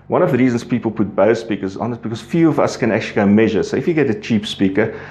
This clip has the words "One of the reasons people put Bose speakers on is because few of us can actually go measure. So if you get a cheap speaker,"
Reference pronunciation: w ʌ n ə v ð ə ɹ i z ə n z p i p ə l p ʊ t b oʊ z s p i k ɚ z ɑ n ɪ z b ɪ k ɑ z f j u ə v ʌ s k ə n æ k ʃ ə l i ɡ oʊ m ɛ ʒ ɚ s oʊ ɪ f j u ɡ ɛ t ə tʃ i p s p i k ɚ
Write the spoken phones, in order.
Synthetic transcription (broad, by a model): w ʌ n ə v ð ə ɹ i z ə n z p i p ə l p ʊ t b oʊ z s p i k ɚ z ɑ n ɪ s b ɪ k ɑ z f j u ə v ʌ s k ə n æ k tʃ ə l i ɡ oʊ m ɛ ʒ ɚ s oʊ ɪ f j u ɡ ɛ t ə tʃ i p s p i k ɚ